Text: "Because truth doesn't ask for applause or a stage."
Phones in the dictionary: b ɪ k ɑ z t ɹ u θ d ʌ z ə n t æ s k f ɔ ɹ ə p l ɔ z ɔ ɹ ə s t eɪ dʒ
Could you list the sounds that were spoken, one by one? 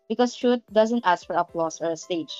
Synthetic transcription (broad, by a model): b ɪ k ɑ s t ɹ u t d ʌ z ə n t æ s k f ɔ ɹ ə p l ɔ s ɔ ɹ ə s t eɪ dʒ